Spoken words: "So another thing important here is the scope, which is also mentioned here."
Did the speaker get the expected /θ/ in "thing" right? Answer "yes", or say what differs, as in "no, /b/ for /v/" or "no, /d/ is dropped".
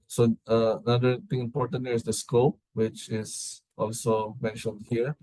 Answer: no, /t/ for /θ/